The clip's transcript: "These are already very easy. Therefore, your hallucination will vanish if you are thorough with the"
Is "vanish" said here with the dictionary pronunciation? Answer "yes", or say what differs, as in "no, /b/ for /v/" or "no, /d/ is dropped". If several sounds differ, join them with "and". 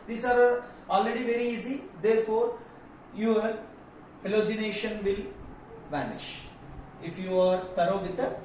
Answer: yes